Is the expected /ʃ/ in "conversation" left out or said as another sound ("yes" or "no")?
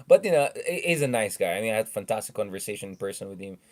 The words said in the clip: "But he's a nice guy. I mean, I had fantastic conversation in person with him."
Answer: yes